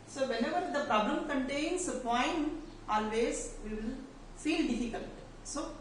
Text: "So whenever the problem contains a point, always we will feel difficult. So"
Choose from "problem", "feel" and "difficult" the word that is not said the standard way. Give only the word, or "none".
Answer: difficult